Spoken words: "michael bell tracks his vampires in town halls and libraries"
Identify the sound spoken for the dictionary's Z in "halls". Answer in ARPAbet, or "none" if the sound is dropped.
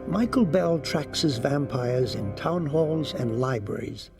Z